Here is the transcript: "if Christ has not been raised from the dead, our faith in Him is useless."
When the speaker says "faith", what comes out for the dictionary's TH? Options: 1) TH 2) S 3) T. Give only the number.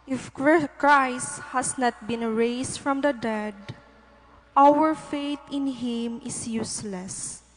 3